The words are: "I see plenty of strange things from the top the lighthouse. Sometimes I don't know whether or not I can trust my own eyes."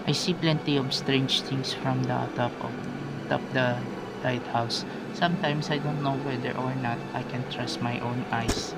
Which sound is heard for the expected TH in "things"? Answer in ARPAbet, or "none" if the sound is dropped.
T